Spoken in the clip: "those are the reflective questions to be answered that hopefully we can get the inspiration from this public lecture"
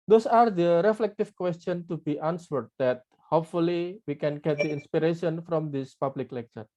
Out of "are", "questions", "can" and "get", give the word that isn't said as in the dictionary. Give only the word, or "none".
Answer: questions